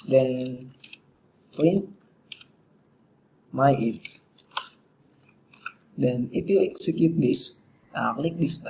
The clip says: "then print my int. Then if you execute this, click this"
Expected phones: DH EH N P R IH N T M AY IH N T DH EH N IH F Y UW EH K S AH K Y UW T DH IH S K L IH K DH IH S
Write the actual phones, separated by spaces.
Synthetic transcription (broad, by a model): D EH N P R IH N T M AY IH T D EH N IH F Y UW EH K S AH K Y UW T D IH S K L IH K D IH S